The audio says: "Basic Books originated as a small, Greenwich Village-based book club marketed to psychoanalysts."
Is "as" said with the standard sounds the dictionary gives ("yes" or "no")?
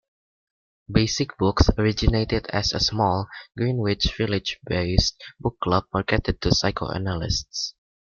no